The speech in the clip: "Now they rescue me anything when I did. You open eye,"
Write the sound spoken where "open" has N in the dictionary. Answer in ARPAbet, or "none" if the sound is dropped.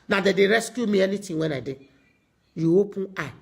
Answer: none